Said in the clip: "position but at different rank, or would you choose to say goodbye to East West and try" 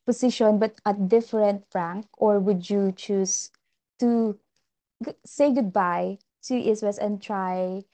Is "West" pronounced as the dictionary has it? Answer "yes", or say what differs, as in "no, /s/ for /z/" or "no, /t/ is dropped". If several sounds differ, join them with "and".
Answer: no, /t/ is dropped